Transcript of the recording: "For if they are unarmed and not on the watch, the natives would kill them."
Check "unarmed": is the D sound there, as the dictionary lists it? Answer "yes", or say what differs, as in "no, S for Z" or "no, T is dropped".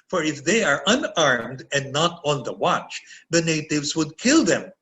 yes